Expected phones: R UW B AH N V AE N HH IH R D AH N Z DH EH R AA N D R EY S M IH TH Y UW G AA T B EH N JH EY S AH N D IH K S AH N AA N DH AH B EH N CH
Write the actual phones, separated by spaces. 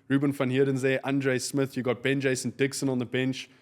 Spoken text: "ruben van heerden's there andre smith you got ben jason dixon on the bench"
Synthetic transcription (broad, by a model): R UW B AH N F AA N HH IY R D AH N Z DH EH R AA N D R EY S M IH TH Y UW G AA T B EH N JH EY S AH N D IH K S AH N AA N DH AH B EH N CH